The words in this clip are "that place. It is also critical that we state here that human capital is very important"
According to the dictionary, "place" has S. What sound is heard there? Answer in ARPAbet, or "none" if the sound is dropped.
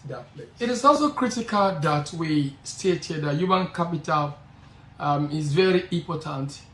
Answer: none